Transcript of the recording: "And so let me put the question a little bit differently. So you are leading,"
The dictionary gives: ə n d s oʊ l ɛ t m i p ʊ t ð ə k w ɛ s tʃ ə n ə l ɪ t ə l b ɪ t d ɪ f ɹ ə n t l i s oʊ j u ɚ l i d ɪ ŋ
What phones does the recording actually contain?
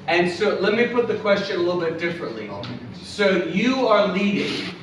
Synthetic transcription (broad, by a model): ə n s oʊ l ɛ t m i p ʊ t ð ə k w ɛ s tʃ ə n ə l ɪ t l b ɪ t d ɪ f ɹ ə n t l i s oʊ j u ɚ l i d ɪ ŋ